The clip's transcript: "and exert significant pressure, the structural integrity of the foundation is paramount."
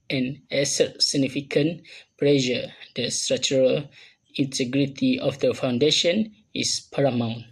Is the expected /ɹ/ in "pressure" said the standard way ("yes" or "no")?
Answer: no